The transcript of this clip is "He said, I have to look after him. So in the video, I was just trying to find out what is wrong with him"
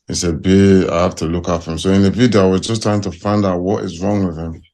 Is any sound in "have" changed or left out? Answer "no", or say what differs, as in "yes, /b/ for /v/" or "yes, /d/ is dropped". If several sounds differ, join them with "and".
yes, /f/ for /v/